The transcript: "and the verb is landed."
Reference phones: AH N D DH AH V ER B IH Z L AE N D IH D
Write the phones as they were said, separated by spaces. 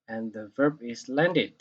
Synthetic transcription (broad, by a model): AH N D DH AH V ER B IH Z L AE N D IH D